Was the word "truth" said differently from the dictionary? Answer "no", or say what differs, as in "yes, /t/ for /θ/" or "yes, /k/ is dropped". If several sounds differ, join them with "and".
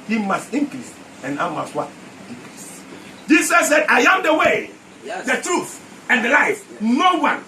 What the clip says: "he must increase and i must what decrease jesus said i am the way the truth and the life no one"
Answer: no